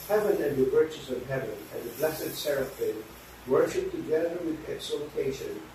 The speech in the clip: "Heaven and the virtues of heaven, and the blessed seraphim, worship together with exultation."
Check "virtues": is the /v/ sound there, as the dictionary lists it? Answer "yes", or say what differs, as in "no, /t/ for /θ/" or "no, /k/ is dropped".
no, /w/ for /v/